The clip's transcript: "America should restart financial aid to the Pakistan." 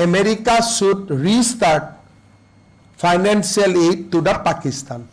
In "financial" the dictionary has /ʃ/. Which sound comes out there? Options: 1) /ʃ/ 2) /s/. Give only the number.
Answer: 2